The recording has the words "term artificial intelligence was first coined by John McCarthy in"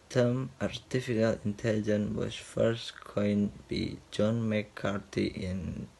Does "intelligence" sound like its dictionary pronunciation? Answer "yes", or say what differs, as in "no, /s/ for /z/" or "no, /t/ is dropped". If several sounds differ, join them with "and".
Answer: no, /s/ is dropped